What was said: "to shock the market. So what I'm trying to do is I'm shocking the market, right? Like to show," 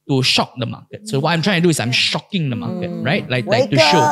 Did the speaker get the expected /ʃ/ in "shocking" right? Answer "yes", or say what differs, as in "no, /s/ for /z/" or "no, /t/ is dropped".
yes